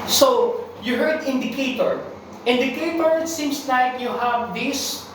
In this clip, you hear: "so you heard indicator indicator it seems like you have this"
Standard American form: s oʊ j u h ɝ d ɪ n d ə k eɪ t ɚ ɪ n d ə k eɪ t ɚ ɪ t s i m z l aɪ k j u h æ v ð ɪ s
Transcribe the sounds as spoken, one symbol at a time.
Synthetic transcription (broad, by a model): s oʊ j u h ɝ d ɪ n d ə k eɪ t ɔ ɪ n d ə k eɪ t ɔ ɪ t s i m s l aɪ k j u h æ v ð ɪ s